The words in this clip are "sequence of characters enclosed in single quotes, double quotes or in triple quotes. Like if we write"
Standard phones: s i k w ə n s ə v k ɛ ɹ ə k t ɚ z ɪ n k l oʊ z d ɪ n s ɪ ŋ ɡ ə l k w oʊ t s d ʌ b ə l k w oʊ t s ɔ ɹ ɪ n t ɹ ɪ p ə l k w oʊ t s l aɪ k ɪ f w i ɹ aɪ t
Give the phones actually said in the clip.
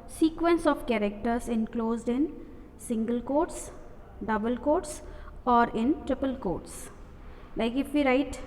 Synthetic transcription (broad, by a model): s i k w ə n s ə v k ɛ ɹ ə k t ɚ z ɪ n k l oʊ z d ɪ n s ɪ ŋ ɡ ə l k oʊ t s d ʌ b ə l k oʊ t s ɔ ɹ ɪ n t ɹ ɪ p ə l k oʊ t s l aɪ k ɪ f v i ɹ aɪ t